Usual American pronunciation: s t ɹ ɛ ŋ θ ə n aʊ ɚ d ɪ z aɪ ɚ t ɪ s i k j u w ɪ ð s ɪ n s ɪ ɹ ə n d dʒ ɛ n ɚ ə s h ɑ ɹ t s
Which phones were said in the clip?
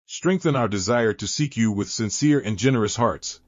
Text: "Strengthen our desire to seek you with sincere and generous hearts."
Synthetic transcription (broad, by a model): s t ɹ ɛ ŋ θ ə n aʊ ɚ d ɪ z aɪ ɚ t ɪ s i k j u w ɪ ð s ɪ n s ɪ ɹ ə n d dʒ ɛ n ɚ ə s h ɑ ɹ t s